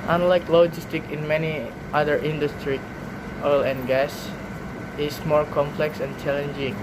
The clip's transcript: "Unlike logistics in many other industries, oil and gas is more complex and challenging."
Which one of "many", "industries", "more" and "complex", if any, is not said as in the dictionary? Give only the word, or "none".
industries